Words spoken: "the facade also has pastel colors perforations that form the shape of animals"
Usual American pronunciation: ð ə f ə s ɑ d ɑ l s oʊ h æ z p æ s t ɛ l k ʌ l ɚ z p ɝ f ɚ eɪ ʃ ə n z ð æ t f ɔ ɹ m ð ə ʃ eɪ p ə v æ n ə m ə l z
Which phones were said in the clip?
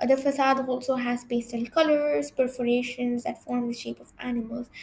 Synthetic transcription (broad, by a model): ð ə f ə s ɑ d ɑ l s oʊ h æ z b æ s t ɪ n k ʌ l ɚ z p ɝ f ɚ eɪ ʃ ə n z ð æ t f ɔ ɹ m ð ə ʃ eɪ p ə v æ n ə m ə l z